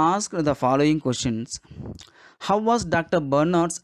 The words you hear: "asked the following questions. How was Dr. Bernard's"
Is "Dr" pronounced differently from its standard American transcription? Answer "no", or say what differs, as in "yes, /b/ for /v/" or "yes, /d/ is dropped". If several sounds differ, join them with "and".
no